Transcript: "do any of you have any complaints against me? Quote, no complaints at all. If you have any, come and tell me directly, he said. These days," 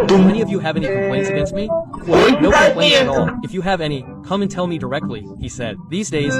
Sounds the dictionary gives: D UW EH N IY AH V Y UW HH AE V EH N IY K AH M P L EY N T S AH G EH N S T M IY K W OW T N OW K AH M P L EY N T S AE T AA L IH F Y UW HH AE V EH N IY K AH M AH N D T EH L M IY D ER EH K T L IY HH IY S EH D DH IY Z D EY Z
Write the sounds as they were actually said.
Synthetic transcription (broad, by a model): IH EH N IY AH V Y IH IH V EH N IY K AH M P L EY N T S AH G EH N S T M IY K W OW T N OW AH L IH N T AO AA L IH F Y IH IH V EH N IY K AH M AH N T EH L M IY D ER EH K T L IY HH IY S EH D DH IY Z D EY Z